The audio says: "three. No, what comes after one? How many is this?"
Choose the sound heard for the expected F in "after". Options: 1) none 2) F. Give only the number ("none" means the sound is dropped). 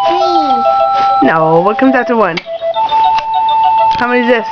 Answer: 1